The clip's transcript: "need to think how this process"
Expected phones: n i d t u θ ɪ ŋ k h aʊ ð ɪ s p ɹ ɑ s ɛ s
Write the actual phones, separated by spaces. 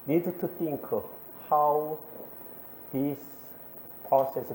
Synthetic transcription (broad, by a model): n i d t u t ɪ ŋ k h aʊ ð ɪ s p ɹ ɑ s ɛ s